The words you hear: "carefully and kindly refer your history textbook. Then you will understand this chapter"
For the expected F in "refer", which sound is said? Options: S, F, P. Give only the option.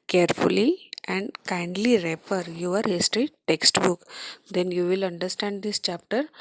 P